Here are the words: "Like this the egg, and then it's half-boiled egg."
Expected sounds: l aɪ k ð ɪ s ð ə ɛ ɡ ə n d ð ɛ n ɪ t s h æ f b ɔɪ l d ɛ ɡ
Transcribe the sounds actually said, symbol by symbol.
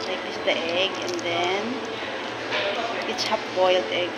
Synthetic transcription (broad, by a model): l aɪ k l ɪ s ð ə ɛ ɡ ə n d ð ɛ n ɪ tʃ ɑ p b ɔɪ l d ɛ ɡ